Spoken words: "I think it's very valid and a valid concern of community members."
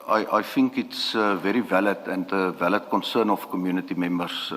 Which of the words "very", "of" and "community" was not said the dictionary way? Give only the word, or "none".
of